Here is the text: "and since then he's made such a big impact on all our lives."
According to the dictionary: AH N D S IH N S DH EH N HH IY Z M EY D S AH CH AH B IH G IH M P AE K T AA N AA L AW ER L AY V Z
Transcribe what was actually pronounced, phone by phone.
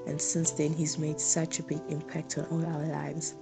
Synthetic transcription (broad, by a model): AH N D S IH N S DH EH N HH IY Z M EY D S AH CH AH B IH G IH M P AE K T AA N AA L AW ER L AY V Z